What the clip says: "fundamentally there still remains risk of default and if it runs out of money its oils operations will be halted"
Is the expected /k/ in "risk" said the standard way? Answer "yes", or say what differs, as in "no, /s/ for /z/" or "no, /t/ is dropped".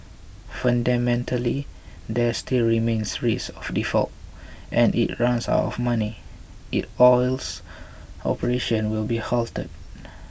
no, /k/ is dropped